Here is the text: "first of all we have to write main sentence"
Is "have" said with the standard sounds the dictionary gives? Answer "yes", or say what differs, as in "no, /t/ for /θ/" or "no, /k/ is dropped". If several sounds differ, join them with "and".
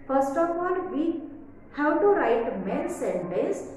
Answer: no, /w/ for /v/